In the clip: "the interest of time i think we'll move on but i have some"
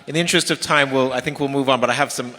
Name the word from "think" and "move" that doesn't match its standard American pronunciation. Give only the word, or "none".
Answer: none